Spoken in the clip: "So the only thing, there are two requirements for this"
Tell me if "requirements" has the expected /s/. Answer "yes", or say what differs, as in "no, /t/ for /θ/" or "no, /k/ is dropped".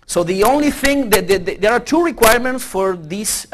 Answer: yes